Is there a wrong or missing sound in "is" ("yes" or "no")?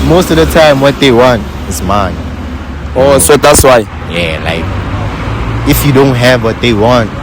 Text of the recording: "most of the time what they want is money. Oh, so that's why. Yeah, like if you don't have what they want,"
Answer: yes